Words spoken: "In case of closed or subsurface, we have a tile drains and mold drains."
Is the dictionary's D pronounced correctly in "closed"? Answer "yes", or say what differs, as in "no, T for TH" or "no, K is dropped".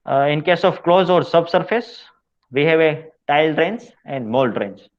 no, D is dropped